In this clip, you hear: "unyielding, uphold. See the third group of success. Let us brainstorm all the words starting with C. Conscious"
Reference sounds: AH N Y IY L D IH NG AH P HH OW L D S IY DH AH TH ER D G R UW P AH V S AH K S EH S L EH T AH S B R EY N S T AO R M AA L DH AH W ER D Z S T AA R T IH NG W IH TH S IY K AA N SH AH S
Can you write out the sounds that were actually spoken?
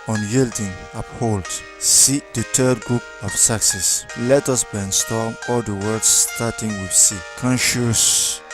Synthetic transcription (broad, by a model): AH N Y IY L D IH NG AH P HH OW L D S IY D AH T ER D G R UW P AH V S AH K S EH S L EH T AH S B EY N S T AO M AA L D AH W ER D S T AA T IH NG W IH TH S IY K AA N SH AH S